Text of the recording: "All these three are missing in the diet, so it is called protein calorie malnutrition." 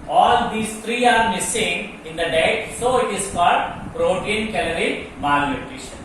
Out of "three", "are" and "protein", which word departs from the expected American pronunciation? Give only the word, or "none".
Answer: three